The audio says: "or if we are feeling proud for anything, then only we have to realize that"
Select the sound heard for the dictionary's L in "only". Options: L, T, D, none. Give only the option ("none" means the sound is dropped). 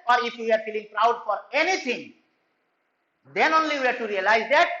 L